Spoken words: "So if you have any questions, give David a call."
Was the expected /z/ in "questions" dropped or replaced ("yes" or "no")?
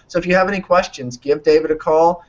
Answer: no